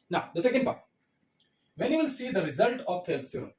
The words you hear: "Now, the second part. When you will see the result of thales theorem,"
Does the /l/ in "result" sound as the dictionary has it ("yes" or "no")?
yes